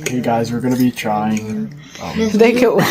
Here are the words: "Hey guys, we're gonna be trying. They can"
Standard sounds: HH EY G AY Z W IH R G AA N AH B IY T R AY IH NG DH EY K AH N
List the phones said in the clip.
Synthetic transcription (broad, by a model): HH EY G AY Z W IH R G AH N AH B IY T R AY IH NG DH EY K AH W